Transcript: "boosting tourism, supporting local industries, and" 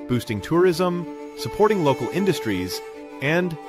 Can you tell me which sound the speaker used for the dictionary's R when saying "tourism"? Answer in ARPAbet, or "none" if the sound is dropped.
R